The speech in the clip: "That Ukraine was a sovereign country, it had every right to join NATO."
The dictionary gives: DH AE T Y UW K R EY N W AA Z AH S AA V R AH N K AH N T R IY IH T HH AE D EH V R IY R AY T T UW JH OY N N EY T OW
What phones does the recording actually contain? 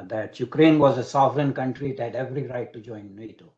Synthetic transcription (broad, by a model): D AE T Y UW K R EY N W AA Z AH S AA V R AH N K AH N T R IY IH T HH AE D EH V R IY R AY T T UW JH OY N N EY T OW